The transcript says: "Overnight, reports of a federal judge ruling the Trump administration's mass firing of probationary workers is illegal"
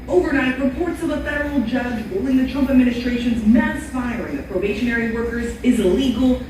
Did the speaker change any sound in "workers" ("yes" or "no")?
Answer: no